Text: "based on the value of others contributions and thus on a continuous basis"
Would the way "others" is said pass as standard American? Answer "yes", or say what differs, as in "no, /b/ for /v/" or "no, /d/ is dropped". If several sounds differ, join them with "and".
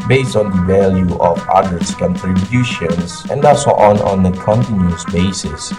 no, /s/ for /z/